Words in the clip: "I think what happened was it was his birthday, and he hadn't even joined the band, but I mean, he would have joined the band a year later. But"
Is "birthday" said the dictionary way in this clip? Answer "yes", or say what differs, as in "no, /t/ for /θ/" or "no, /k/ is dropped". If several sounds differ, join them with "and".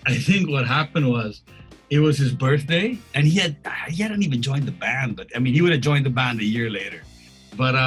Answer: yes